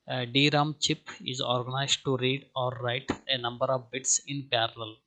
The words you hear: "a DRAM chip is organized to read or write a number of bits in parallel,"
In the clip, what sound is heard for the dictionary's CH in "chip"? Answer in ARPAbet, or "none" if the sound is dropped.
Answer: CH